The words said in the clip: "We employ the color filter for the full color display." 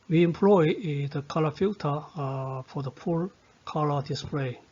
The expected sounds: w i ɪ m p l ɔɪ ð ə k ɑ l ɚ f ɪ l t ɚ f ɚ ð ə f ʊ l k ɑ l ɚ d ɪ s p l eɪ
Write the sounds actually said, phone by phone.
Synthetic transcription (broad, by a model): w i ɪ m p l ɔɪ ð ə k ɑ l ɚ f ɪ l t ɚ f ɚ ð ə p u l k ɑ l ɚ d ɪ s p l eɪ